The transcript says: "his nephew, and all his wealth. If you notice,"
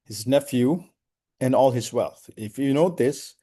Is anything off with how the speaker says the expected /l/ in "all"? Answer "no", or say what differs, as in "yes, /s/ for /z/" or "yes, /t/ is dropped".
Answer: no